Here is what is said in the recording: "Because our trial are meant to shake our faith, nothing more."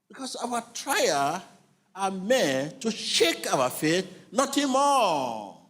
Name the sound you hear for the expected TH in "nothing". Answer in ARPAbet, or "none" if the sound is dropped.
T